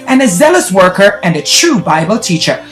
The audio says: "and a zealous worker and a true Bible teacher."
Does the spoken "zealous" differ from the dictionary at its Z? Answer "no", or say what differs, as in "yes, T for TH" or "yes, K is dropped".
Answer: no